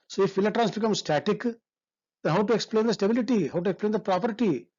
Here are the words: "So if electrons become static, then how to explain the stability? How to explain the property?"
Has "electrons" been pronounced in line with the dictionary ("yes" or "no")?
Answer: no